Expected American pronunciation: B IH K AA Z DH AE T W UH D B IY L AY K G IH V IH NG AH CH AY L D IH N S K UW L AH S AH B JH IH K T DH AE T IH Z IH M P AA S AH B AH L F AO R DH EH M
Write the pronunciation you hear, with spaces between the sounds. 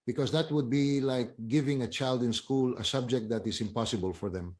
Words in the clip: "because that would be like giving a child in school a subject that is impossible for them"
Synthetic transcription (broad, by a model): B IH K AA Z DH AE T W UH D B IY L AY K G IH V IH NG AH CH AY L D IH N S K UW L AH S AH B JH IH K T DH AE T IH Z IH M P AA S AH B AH L F AO R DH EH M